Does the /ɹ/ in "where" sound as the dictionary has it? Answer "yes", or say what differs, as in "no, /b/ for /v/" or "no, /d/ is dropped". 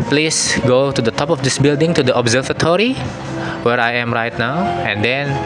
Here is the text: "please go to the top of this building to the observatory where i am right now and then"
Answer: yes